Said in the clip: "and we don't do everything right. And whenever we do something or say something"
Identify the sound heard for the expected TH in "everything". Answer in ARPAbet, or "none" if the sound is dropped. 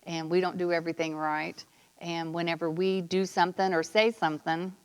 TH